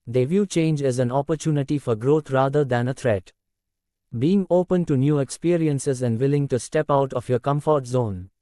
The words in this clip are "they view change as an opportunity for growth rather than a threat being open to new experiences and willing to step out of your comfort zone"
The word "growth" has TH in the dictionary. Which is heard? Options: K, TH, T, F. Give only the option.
T